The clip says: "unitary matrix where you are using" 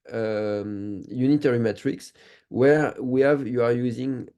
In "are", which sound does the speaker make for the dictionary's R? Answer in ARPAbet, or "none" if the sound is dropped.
R